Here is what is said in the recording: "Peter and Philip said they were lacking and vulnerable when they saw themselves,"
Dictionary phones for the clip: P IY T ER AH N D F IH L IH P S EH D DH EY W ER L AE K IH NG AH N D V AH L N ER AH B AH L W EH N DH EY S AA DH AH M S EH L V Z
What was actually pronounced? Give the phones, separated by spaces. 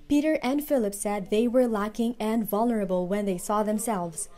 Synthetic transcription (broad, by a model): P IY T ER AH N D F IH L IH P S EH D DH EY W ER L AE K IH NG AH N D V AH L N ER AH B AH L W EH N DH EY S AA DH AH M S EH L V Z